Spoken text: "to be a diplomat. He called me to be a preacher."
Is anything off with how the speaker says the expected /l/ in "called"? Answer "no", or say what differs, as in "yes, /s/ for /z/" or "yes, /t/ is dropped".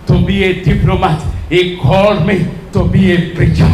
yes, /l/ is dropped